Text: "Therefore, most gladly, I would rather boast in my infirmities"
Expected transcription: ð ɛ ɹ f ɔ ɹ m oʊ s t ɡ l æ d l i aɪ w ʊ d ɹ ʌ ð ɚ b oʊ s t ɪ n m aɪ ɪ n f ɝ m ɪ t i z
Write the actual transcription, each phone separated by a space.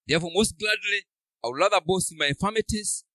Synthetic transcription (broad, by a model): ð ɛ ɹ f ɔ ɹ m oʊ s t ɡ l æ d l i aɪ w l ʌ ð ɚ b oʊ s ɪ n m aɪ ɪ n f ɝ m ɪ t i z